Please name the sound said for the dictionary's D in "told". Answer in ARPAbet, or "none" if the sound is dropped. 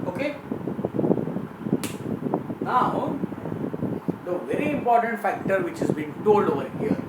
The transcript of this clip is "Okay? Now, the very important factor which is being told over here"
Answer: none